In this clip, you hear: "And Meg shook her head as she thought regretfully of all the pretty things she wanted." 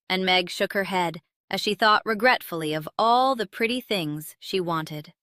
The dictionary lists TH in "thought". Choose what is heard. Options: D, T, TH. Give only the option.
TH